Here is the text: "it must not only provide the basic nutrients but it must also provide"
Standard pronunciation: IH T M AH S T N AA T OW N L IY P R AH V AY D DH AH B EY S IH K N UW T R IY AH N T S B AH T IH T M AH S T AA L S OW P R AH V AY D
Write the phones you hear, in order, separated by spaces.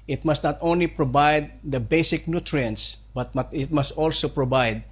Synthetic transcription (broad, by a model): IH T M AH S T N AA T OW N L IY P R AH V AY D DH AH B EY S IH K N UW T R IY AH N T S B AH T IH T M AH S T AA L S OW P R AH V AY D